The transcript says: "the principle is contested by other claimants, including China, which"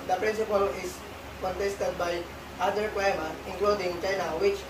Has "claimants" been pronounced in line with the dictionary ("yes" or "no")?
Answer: no